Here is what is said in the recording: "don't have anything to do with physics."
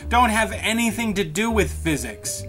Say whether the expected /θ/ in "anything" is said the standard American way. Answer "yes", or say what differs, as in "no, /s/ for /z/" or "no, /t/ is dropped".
yes